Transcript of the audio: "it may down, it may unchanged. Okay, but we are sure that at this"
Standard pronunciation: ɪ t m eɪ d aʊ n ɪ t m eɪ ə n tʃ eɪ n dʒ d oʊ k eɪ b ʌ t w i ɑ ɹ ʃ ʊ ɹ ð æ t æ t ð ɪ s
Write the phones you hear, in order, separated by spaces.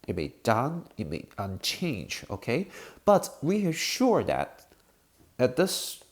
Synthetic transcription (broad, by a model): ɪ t m eɪ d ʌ n ɪ t m eɪ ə n tʃ eɪ n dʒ oʊ k eɪ b ʌ t w i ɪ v ʃ ʊ ɹ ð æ t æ t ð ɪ s